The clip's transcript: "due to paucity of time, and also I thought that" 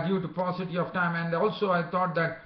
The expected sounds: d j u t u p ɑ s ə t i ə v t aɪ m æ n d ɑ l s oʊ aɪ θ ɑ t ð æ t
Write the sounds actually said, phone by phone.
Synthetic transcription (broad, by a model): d j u t u p ɑ s ə t i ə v t aɪ m æ n d ɑ l s oʊ aɪ t ɑ t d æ t